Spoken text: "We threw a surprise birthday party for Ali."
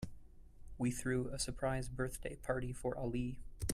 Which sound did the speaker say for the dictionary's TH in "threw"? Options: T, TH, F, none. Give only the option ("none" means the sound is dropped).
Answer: TH